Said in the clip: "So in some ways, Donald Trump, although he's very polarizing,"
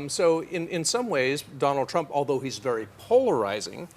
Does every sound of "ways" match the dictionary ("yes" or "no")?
yes